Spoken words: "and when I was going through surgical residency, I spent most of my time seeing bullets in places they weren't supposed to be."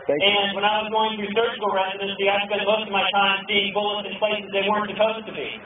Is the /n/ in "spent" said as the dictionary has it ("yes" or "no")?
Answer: no